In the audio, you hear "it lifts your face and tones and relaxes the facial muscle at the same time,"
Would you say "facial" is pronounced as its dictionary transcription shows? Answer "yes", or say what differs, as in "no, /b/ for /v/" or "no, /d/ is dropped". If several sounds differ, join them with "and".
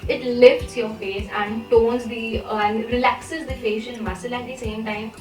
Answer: no, /n/ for /l/